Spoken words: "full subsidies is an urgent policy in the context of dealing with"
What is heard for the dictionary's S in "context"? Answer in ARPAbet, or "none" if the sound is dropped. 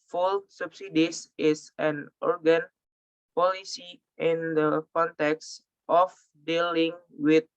S